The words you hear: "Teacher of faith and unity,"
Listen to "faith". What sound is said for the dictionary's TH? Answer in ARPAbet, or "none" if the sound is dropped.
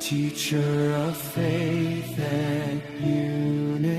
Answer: TH